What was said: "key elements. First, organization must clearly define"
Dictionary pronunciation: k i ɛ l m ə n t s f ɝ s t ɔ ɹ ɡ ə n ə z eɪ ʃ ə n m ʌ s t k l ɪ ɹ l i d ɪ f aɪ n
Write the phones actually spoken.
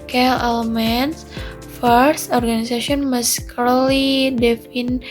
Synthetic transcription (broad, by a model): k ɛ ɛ l m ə n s f ɝ s t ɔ ɹ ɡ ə n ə s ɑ s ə n m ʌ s k ʌ l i d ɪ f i n